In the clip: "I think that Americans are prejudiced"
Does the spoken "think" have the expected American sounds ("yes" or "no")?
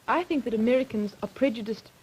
yes